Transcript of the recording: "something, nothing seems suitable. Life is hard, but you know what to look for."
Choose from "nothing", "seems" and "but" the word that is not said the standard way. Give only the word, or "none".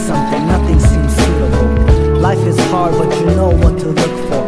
none